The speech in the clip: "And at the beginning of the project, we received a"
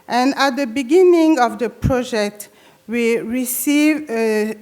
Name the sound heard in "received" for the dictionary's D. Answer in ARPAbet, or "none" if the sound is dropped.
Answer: none